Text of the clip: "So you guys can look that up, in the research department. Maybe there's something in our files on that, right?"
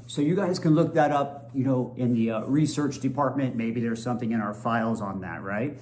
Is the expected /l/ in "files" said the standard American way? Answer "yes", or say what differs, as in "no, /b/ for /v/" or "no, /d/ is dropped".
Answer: yes